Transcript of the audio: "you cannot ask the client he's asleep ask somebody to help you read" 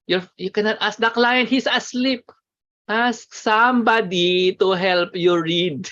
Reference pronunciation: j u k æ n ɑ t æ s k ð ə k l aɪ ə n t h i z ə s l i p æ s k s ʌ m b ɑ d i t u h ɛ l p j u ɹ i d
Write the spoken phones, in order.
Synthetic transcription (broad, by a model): j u k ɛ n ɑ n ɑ s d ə k l aɪ ə n t h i s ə s l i p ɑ s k s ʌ m b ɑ d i t u h ɛ l p j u ɹ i d